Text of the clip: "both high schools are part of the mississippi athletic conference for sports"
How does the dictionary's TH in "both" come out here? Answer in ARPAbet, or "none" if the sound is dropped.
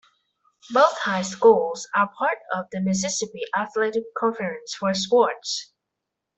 TH